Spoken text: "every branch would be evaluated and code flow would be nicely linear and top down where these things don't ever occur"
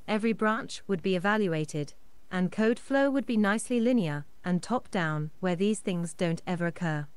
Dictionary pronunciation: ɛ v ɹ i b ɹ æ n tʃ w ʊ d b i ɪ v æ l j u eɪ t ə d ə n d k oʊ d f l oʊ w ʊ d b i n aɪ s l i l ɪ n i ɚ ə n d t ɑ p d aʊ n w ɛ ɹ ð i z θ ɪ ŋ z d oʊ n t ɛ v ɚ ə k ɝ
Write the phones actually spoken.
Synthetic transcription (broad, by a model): ɛ v ɹ i b ɹ æ n tʃ w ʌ d b i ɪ v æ l j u eɪ t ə d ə n k oʊ d f l oʊ w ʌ d b i n aɪ s l i l ɪ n i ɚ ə n t ɑ p d aʊ n w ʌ ɹ ð i z θ ɪ ŋ z d oʊ n t ɛ v ɚ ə k ɝ